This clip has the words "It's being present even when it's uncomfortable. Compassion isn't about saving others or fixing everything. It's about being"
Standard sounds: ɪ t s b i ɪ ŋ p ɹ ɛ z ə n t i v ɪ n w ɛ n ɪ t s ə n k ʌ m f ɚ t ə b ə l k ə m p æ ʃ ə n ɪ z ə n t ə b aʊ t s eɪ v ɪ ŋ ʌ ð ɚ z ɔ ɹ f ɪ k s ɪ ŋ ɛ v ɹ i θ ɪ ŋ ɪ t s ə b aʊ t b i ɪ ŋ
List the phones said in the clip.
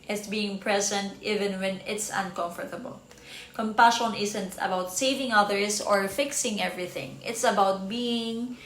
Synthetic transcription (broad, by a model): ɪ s b i ɪ ŋ p ɹ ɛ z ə n t i v ɪ n w ɛ n ɪ t s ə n k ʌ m f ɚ t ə b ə l k ə m p æ ʃ ə n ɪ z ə n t ə b aʊ t s eɪ v ɪ ŋ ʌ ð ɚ s ɔ ɹ f ɪ k s ɪ ŋ ɛ v ɹ i θ ɪ ŋ ɪ t s ə b aʊ t b i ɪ ŋ